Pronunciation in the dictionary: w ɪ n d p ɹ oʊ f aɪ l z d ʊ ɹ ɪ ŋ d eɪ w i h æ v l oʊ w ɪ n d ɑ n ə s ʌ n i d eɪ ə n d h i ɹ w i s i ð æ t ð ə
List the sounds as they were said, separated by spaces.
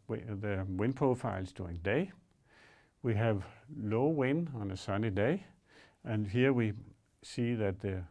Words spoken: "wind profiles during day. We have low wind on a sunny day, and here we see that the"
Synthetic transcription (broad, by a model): w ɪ n p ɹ oʊ f aɪ l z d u ɪ ŋ d eɪ w i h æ v l oʊ w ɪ n ɑ n ə s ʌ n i d eɪ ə n h i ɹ w i s i ð æ t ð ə